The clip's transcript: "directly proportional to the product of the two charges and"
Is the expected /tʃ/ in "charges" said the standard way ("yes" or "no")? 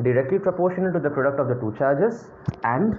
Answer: yes